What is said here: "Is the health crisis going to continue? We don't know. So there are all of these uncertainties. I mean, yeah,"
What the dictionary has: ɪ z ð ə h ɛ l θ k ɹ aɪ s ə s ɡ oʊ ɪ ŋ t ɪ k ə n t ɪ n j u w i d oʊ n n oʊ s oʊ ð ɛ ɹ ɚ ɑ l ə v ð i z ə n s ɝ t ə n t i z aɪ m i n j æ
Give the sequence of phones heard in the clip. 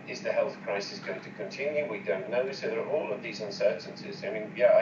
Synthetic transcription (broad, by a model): ɪ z ð ə h ɛ l θ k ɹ aɪ s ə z ɡ oʊ ɪ ŋ t ɪ k ə n t ɪ n j u w i d oʊ n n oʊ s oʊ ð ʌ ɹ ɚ ɑ l ə v ð i z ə n s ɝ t n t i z aɪ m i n j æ